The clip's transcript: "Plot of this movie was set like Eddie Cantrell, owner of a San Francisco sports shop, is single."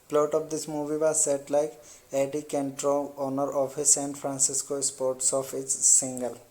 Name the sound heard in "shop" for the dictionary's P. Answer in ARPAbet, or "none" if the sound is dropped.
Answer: F